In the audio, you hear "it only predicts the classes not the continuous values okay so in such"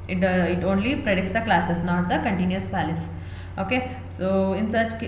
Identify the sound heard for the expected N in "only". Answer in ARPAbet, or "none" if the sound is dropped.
N